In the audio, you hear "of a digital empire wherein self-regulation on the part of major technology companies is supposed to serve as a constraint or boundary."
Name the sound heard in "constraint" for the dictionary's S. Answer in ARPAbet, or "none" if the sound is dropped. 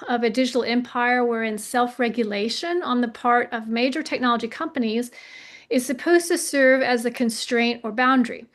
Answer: S